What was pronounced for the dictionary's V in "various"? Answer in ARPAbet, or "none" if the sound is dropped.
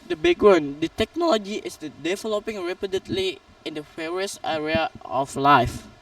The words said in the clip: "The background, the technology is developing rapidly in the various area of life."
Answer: F